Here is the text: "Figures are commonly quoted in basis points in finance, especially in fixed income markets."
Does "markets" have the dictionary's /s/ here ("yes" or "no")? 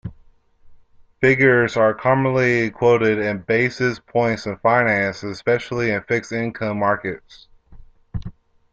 yes